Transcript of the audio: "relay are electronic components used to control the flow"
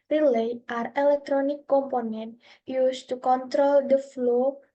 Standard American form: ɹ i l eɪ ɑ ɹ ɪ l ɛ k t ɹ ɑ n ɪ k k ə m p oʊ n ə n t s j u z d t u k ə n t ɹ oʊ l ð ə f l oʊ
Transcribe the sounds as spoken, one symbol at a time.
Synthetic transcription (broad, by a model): ɹ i l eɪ ɑ ɹ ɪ l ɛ k t ɹ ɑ n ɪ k k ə m p oʊ n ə n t j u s t u k ə n t ɹ oʊ l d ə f l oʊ